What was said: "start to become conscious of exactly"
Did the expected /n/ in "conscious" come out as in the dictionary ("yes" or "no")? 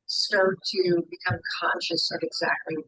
yes